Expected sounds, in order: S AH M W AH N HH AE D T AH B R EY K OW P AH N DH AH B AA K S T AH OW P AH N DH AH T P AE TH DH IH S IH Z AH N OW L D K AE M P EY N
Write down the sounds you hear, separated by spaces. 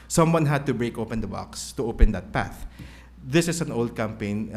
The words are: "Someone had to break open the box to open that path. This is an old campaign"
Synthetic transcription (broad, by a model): S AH M W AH N HH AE D T AH B R EY K OW P AH N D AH B AA K S T AH OW P AH N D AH T P AE TH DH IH S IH S AH N OW L D K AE M P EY N